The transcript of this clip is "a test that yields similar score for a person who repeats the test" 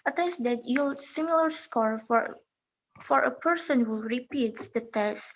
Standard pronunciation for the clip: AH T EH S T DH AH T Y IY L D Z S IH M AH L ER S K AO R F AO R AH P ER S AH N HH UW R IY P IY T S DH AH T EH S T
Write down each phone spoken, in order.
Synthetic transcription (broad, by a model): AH T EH S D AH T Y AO S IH M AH L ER S K AO R F AO R AH P ER S AH N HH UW R IY P IY T S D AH T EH S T